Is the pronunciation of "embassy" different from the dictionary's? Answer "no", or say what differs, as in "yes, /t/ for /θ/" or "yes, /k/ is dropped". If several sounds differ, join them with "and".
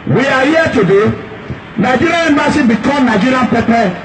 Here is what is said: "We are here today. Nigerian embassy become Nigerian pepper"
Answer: yes, /b/ is dropped